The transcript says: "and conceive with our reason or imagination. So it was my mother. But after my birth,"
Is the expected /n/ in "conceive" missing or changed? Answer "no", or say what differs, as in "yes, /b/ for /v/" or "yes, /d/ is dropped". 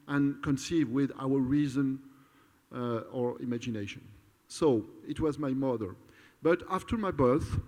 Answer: no